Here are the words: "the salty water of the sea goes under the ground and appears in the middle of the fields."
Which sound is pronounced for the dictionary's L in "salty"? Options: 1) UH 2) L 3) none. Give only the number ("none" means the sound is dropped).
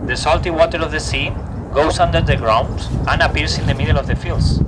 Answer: 2